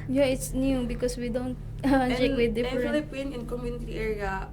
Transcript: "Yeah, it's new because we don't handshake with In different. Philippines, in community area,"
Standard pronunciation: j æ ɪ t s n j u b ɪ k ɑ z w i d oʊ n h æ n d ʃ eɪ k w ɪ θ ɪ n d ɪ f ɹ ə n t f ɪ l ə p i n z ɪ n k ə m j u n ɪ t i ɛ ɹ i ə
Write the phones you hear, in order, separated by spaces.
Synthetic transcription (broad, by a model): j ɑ ɪ t s n j u b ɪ k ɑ s w i d oʊ n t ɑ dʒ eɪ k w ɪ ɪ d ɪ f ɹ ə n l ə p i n ɪ n k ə m j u n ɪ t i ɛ ɹ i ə